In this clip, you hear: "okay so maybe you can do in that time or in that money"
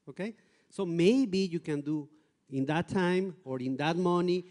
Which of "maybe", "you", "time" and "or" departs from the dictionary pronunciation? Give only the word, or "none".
none